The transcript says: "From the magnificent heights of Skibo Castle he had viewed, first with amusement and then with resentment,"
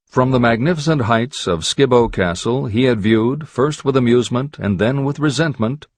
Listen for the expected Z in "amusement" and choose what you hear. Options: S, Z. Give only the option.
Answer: Z